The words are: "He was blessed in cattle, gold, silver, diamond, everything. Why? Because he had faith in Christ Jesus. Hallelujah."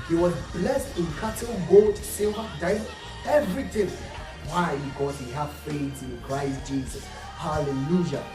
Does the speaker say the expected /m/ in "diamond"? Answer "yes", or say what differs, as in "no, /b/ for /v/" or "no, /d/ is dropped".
no, /m/ is dropped